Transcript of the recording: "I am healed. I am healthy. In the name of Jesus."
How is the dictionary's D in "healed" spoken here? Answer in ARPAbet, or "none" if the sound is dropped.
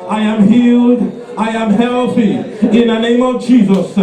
D